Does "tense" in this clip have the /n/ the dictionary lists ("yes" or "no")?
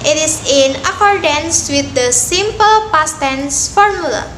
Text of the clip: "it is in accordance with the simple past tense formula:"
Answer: yes